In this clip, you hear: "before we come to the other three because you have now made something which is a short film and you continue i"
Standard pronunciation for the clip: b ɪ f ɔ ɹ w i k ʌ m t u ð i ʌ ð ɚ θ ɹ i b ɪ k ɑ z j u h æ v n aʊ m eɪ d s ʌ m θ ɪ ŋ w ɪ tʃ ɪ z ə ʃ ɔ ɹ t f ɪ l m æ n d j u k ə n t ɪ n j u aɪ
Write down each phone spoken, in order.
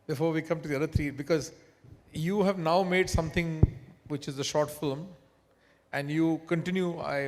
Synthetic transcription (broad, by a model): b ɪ f ɔ ɹ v i k ʌ m t u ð i ʌ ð ɚ t ɹ i b ɪ k ɑ z j u h æ v n aʊ m eɪ d s ʌ m t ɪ ŋ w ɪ tʃ ɪ z ə ʃ ɔ ɹ t f ɪ l m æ n d j u k ə n t ɪ n j u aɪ